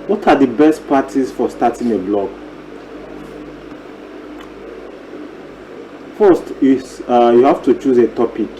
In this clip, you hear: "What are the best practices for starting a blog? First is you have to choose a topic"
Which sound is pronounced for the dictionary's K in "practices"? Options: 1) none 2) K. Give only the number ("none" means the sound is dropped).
1